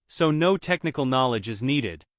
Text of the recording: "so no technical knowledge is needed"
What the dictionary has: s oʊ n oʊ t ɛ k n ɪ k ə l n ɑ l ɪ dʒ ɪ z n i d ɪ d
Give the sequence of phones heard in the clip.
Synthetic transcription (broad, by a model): s oʊ n oʊ t ɛ k n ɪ k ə l n ɑ l ɪ dʒ ɪ z n i d ɪ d